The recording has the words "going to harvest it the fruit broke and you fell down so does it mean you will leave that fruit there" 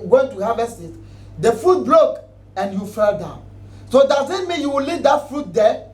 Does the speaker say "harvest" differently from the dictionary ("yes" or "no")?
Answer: yes